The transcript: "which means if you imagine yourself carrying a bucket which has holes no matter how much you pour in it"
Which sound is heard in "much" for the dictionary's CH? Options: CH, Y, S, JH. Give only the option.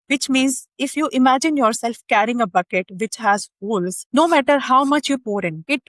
CH